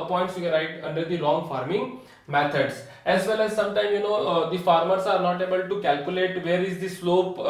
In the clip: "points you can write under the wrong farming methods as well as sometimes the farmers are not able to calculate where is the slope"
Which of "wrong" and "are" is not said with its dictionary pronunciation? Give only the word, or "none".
wrong